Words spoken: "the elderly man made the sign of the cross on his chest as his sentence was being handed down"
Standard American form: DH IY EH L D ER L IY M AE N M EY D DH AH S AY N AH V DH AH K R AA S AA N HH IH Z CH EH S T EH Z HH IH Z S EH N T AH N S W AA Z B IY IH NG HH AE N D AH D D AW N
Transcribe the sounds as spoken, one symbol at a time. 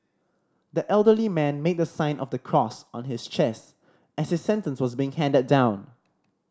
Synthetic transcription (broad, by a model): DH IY EH L D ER L IY M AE N M EY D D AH S AY N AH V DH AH K R AA S AA N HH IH S CH EH S T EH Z HH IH S EH N T AH N S W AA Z B IY IH NG HH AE N D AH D D AW N